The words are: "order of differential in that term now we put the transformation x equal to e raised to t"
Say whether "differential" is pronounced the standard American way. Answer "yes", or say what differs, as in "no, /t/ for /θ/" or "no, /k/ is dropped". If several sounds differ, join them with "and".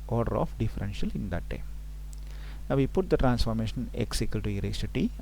yes